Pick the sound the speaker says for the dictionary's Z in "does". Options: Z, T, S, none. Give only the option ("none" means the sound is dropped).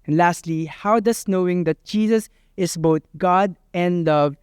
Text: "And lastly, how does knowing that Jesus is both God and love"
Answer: S